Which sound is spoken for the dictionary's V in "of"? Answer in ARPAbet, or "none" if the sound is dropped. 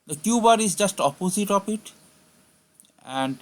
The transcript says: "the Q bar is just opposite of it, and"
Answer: P